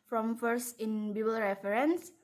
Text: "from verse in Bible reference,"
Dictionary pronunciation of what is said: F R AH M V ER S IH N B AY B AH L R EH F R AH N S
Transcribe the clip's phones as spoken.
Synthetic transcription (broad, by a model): F R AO M F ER S IH N B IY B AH L R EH F R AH N S